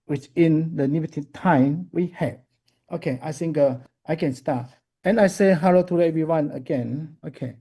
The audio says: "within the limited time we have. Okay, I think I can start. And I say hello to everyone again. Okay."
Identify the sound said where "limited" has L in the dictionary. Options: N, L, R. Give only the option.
N